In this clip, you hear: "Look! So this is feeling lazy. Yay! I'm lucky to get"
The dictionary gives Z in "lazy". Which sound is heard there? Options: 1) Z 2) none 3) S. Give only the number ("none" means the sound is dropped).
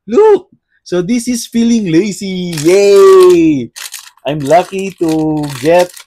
3